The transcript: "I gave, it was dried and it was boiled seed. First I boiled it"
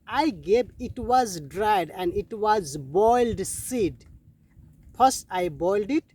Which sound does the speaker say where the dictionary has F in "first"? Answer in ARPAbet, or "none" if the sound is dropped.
P